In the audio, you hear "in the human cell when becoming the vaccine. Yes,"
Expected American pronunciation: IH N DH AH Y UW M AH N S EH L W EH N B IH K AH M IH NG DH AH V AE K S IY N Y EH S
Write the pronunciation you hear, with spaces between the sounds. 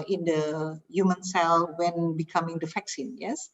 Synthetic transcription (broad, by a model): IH N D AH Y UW M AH N S EH L W EH N B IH K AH M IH NG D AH F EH K S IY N Y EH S